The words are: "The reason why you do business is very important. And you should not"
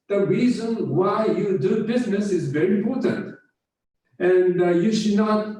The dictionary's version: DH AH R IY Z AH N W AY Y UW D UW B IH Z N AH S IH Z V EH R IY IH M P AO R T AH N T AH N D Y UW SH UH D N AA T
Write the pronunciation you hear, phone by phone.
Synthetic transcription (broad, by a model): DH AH R IY Z AH N W AY Y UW D UW B IH Z N AH S IH Z V EH R IY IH M P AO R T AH N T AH N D Y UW SH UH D N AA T